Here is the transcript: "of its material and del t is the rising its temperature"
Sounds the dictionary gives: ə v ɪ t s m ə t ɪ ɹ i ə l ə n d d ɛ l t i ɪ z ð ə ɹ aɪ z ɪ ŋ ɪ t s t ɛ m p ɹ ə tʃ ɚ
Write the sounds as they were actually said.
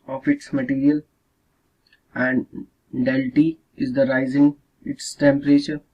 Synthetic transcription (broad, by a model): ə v ɪ t s m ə t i ɹ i ə l ə n d d ɛ l t i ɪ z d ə ɹ aɪ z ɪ ŋ ɪ t s t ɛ m p ɹ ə tʃ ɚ